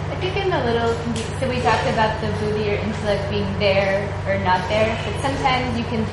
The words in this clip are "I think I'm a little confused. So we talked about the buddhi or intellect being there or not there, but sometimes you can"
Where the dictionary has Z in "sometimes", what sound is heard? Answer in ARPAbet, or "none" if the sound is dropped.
Z